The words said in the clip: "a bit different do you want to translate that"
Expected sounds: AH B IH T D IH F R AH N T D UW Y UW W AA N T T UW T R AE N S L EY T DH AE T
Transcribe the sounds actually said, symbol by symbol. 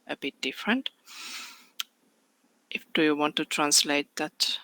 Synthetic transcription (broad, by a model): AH B IH T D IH F R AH N T D UW Y UW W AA N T T UW T R AE N S L EY T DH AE T